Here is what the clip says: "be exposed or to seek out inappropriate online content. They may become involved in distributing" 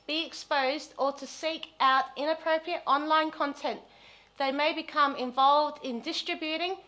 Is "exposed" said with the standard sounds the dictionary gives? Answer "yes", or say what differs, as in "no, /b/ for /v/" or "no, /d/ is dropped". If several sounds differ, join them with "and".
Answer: yes